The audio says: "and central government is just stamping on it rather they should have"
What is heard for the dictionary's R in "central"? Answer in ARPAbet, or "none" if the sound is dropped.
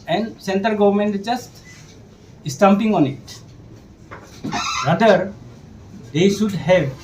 none